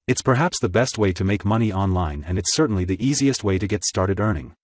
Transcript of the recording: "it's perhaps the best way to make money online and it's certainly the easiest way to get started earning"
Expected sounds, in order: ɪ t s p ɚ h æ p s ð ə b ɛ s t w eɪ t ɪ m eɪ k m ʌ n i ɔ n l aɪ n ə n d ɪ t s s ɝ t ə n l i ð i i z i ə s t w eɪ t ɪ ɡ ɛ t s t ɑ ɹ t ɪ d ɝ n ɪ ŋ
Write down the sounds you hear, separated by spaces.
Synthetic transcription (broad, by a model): ɪ t s p ɚ h æ p s ð ə b ɛ s t w eɪ t ɪ m eɪ k m ʌ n i ɔ n l aɪ n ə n ɪ t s s ɝ t n l i ð i i z i ə s t w eɪ t ɪ ɡ ɛ t s t ɑ ɹ t ɪ d ɝ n ɪ ŋ